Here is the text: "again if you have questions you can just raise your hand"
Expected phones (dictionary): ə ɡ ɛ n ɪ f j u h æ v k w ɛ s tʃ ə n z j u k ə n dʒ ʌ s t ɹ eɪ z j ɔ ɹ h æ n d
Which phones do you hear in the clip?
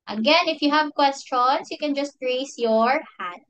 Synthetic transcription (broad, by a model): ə ɡ ɛ n ɪ f j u h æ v k w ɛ s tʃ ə n s j u k ə n dʒ ʌ s t ɹ eɪ s j ɔ ɹ h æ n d